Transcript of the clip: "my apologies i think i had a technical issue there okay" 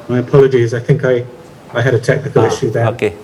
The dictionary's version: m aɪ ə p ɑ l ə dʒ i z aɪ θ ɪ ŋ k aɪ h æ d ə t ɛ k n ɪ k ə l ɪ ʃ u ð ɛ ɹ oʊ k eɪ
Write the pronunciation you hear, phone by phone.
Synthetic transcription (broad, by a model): m aɪ ə p ɑ l ə dʒ i z aɪ θ ɪ ŋ k aɪ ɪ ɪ d ə t ɛ k n ɪ k ə l ɪ ʃ u ð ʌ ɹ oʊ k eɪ